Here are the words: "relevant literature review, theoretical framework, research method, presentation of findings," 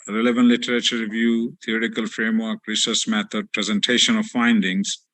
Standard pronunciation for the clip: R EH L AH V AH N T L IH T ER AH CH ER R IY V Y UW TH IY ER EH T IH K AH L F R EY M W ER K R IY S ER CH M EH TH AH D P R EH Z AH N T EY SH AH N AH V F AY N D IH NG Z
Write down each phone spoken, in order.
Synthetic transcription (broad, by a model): R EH L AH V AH N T L IH T ER AH CH ER R IY V Y UW T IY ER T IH K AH L F R EY M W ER K R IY S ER S M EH T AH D P R EH Z AH N T EY SH AH N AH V F AY N D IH NG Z